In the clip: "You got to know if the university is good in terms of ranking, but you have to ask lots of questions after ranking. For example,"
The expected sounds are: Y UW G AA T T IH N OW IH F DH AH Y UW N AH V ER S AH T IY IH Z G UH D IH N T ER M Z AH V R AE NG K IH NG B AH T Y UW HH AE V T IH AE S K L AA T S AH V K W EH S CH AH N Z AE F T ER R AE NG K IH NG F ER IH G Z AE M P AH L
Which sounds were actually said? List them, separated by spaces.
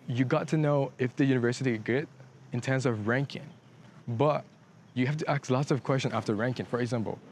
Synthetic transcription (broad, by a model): Y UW G AA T T IH N OW IH F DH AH Y UW N AH V ER S AH T IY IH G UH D IH N T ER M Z AH V R AE NG K IH NG B AH T Y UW HH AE F T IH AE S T L AA T S AH V K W EH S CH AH N AE F T ER R AE NG K IH NG F ER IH G Z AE M P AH L